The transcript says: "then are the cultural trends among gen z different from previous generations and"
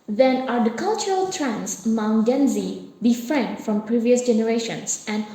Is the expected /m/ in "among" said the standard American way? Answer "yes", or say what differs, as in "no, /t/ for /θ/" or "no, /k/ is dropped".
no, /m/ is dropped